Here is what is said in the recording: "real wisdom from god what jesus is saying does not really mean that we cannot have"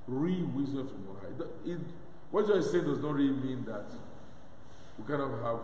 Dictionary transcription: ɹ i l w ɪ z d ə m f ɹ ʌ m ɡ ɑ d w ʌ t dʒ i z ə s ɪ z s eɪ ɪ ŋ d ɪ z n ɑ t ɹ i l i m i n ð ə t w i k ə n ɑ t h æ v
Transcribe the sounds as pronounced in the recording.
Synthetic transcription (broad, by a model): ɹ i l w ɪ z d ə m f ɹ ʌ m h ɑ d w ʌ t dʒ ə ɪ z s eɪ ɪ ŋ d ɪ z n ɑ t ɹ i l i m i n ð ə t w i k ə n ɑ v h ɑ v